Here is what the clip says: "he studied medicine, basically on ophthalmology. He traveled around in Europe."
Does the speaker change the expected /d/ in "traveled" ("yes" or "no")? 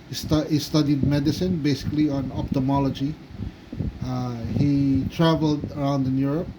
no